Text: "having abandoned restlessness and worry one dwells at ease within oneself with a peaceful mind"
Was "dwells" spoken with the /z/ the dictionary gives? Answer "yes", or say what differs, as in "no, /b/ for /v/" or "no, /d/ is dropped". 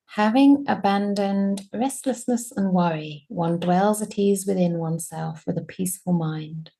yes